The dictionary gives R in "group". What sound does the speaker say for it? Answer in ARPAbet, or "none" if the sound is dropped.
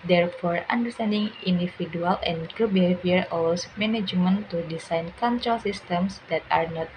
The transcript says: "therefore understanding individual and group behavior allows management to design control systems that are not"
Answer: none